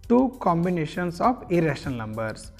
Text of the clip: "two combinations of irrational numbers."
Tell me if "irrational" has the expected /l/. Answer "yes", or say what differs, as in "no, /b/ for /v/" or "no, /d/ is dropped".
no, /n/ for /l/